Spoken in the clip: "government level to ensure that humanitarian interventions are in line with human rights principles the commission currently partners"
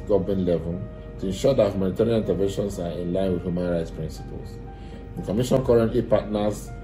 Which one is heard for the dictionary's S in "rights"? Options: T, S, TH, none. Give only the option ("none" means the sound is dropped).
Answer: S